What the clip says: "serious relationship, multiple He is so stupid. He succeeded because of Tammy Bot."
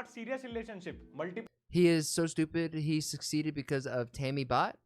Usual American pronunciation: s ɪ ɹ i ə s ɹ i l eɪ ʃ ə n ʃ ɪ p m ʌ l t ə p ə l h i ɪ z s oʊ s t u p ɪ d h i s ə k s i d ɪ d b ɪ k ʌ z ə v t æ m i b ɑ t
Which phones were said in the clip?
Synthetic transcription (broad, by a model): s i ɹ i ə s ɹ i l eɪ ʃ ə n ʃ ɪ p m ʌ l t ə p h i ɪ z s oʊ s t u p ɪ d h i s ə k s i d ɪ d b ɪ k ʌ z ə v t æ m i b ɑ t